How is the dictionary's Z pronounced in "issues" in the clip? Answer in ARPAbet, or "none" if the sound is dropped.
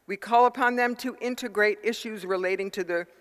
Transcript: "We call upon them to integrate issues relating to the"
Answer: Z